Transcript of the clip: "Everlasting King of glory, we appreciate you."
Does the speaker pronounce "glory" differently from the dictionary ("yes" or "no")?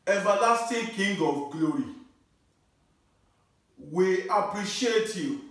no